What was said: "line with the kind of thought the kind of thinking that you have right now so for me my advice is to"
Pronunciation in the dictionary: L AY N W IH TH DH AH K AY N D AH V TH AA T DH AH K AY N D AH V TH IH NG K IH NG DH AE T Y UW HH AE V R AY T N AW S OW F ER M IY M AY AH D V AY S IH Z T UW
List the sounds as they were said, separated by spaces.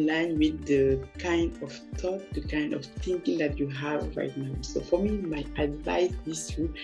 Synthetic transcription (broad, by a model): L AY N W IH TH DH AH K AY N D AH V T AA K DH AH K AY N D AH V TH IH NG K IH NG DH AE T Y UW HH AE V R AY T N AW S OW F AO M IY M AY AH D V AY S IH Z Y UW